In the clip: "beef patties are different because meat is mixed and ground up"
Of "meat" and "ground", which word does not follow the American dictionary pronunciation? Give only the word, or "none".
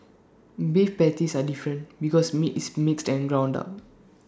none